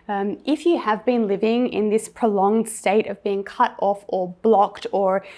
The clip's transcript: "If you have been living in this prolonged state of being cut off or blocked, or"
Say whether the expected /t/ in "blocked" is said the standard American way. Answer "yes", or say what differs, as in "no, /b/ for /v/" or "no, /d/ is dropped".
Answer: yes